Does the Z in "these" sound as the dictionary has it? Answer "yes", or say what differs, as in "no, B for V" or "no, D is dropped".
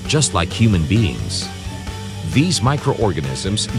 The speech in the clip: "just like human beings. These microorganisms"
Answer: yes